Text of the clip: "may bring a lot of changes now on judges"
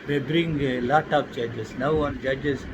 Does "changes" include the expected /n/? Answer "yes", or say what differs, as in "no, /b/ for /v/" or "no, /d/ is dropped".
no, /n/ is dropped